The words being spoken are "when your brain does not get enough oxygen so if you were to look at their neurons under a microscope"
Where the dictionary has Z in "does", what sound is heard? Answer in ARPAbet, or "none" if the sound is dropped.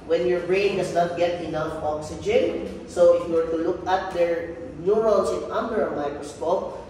S